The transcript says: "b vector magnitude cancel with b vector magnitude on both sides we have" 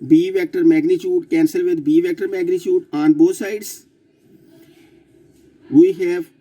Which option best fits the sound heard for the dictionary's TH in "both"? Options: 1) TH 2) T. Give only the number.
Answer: 2